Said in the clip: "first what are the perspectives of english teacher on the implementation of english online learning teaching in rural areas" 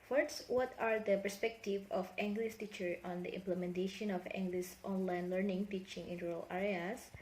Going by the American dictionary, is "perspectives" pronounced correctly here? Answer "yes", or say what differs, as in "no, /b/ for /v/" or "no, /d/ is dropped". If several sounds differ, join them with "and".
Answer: no, /z/ is dropped